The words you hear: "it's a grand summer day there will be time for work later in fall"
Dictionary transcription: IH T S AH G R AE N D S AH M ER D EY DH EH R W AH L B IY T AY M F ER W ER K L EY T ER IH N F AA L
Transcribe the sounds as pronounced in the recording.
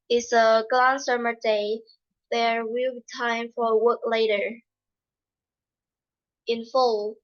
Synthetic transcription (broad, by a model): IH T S AH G L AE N S AH M ER D EY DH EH R W AH L B IY T AY M F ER W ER K L EY T ER IH N F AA L